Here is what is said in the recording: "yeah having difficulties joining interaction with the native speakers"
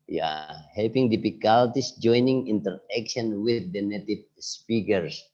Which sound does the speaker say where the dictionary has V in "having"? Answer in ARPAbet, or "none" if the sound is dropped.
P